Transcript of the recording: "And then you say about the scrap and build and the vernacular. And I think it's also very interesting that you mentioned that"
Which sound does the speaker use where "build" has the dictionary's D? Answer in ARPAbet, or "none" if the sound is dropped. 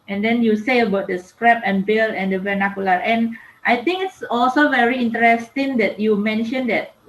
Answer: none